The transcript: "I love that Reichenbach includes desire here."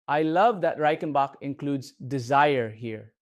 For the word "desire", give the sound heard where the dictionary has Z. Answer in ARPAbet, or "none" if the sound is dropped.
Z